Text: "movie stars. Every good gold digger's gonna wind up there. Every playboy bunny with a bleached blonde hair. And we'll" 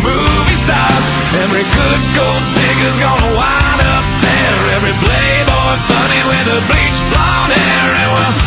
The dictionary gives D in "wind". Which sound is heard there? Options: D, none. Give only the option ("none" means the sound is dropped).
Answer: none